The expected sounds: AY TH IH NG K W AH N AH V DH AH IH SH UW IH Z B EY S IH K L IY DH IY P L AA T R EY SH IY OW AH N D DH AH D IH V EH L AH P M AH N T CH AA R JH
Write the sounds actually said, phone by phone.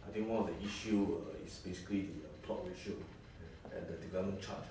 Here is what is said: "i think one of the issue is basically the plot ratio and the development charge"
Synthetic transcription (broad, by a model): AY T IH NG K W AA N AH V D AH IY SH UW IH S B EY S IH K L IY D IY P L AA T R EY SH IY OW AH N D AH D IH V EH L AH M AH N CH AA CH